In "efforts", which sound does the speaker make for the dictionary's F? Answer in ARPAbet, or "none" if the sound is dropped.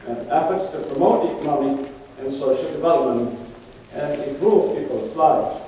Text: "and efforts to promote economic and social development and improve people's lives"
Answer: F